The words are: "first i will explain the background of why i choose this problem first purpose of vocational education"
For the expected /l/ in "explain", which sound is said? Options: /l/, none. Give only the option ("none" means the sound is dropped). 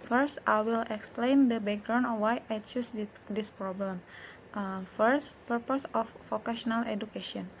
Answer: /l/